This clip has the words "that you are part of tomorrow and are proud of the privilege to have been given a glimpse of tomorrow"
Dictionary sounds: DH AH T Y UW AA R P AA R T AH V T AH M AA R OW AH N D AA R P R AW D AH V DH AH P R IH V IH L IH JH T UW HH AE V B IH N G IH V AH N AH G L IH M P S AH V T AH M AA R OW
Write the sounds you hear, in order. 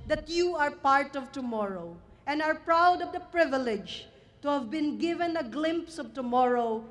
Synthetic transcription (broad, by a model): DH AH T Y UW AA R P AA R T AH V T AH M AA R OW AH N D AA R P R AW D AH V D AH P R IH V IH L IH JH T UW HH AE V B IH N G IH V AH N AH G L IH M P S AH V T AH M AA R OW